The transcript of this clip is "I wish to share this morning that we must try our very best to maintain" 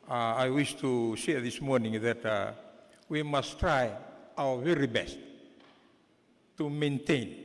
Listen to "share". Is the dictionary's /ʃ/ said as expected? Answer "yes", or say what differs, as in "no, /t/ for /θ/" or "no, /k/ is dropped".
no, /s/ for /ʃ/